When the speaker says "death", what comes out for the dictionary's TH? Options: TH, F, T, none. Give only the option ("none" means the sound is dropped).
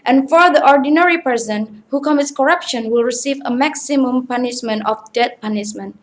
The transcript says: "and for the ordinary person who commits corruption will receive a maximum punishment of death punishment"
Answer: T